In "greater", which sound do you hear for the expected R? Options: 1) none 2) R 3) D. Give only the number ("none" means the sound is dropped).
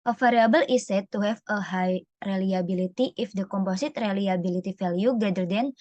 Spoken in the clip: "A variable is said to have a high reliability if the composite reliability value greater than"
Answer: 1